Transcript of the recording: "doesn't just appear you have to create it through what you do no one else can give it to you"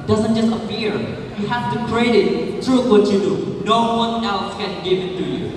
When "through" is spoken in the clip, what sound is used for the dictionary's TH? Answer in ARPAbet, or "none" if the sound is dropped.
T